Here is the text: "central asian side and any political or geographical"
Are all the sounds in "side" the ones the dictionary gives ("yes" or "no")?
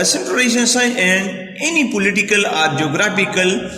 no